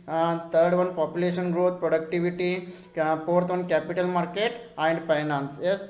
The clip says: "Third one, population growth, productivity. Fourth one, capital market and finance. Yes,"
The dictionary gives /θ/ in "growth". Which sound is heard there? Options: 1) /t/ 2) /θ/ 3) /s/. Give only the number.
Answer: 1